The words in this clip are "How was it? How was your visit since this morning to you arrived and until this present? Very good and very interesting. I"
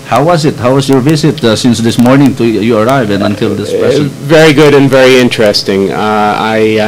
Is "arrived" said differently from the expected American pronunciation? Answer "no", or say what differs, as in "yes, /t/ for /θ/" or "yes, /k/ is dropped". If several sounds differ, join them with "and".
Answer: yes, /d/ is dropped